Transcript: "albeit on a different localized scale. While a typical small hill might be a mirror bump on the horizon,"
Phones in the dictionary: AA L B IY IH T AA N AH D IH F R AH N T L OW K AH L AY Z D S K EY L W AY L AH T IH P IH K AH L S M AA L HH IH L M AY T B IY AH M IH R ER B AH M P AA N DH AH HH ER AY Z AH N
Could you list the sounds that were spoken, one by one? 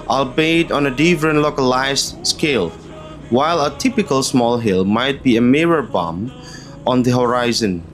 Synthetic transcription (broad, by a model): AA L B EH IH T AA N AH D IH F R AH N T L OW K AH L AY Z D S K EY L W AY L AH T IH P IH K AH L S M AA L HH IH L M AY T B IY AH M IH R ER B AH M AA N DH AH HH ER AY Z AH N